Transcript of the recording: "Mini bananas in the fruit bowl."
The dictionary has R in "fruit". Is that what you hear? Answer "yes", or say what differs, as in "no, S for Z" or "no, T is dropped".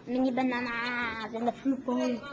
no, R is dropped